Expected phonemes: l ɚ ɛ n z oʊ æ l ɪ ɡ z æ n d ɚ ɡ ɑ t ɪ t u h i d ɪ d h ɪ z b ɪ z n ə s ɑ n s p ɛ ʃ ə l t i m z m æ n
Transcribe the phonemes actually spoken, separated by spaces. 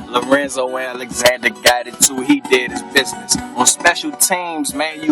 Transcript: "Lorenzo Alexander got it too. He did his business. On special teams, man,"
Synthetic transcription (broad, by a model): l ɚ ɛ n z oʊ æ l ɪ ɡ z æ n d ɚ ɡ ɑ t ɪ t u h i d ɪ d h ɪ z b ɪ z n ə s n s p ɛ ʃ l t i m z m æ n